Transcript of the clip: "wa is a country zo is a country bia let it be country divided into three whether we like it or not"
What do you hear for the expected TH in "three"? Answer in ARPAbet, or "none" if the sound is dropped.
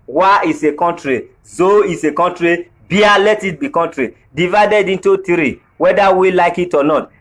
T